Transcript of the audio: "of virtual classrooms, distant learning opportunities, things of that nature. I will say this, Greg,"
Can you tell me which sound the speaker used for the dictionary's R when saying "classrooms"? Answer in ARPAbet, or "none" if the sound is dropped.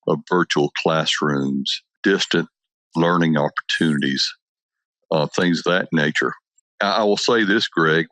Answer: R